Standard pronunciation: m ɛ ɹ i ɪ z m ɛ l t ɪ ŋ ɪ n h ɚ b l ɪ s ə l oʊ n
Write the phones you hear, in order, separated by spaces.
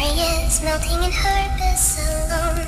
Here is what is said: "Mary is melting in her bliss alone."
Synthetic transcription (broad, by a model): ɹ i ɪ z m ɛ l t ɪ ŋ ɪ n h ɚ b ɪ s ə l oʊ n